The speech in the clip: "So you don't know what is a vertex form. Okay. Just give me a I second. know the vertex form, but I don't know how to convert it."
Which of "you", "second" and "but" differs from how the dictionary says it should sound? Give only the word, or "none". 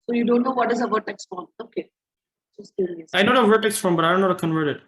second